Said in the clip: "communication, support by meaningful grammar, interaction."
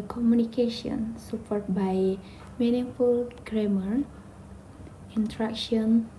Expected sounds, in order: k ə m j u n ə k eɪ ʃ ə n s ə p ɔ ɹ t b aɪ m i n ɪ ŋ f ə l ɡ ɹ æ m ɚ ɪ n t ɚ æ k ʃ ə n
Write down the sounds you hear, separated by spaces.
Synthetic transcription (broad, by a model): k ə m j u n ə k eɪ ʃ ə n s ə p ɔ ɹ t b aɪ m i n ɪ f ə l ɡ ɹ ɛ m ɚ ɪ n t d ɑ k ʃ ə n